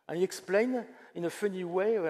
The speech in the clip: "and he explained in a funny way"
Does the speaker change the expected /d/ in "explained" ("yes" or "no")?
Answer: yes